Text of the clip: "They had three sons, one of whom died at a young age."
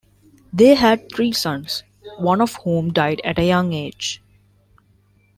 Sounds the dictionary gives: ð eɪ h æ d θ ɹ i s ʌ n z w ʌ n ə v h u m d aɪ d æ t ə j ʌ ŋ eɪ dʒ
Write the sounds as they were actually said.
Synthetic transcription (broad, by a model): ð eɪ h æ d t ɹ i s ʌ n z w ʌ n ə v h u m d aɪ d æ t ə j ʌ ŋ eɪ dʒ